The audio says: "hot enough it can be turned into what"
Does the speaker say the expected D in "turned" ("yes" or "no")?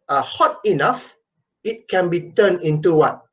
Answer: no